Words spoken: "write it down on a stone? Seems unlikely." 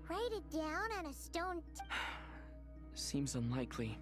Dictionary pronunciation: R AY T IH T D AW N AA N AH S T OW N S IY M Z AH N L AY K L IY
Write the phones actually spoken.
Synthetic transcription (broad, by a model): R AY T IH T D AW N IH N AH S T OW N S IY M Z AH N L AY K L IY